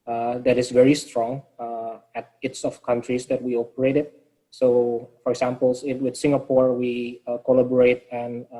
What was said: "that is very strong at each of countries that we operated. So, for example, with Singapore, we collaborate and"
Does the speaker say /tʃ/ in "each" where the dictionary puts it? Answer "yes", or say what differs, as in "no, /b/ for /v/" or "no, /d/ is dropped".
no, /s/ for /tʃ/